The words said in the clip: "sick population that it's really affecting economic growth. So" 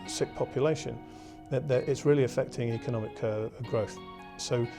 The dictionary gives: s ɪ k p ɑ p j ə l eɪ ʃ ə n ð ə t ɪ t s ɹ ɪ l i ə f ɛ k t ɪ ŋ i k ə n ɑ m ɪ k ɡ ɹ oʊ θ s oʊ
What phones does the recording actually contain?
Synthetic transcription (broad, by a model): s ɪ k p ɑ p j ə l eɪ ʃ ə n ð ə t ɪ t s ɹ ɪ l i ə f ɛ k t ɪ ŋ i k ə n ɑ m ɪ k ɡ ɹ oʊ θ s oʊ